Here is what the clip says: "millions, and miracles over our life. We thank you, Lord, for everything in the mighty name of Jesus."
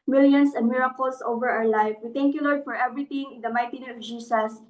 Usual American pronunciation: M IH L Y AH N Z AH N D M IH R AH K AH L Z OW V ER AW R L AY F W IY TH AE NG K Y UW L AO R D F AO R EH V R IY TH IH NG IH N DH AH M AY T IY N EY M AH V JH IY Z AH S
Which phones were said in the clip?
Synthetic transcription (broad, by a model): M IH L Y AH N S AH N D M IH R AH K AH L S OW V ER AW R L AY F W IY T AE NG K Y UW L AO R D F AO R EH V R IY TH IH NG IH N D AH M AY T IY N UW AH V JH IY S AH S